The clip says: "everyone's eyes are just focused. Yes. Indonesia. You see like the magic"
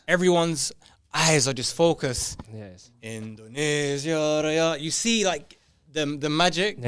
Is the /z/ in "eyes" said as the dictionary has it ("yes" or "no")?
yes